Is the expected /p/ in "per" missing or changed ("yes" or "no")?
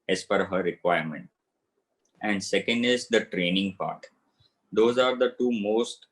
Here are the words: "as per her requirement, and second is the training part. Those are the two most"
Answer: yes